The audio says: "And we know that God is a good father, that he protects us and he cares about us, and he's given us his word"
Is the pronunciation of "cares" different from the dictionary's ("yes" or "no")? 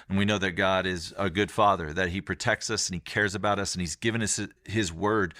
no